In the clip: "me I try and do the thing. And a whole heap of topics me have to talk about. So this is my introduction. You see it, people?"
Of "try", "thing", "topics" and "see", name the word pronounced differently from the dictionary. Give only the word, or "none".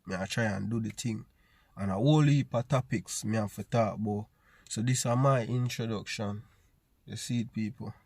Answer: thing